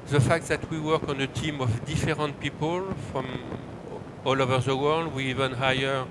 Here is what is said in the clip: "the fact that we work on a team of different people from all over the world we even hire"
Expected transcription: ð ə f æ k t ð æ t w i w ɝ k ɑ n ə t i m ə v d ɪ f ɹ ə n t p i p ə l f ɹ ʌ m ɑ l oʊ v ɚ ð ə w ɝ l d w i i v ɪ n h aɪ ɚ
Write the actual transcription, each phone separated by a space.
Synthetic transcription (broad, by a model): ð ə f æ k t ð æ t w i w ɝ k ɑ n ə t i m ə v d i f ɹ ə n t p i p ə l f ɹ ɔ m ɑ l oʊ v ɚ ð ə w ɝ l d w i i v ɪ n h aɪ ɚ